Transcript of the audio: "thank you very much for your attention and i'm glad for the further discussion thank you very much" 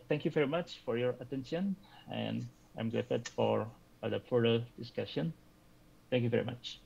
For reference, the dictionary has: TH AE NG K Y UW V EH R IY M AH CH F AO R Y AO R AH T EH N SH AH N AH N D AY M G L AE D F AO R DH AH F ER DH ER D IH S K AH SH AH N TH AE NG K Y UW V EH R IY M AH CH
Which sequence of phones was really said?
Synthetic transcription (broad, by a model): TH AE NG K Y UW V EH R IY M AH CH F AO R Y AO R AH T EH N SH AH N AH N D AY M G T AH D F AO R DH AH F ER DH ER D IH S K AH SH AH N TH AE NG K Y UW V EH R IY M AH CH